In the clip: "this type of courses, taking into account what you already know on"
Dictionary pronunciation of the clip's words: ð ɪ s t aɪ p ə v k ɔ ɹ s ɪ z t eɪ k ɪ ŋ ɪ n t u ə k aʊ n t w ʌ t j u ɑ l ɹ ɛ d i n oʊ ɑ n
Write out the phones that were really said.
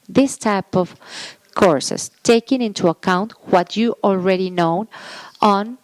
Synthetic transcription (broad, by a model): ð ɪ s t aɪ p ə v k ɔ ɹ s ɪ s t eɪ k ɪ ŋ ɪ n t u ə k aʊ n t w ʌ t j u ɑ l ɹ ɛ d i n oʊ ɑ n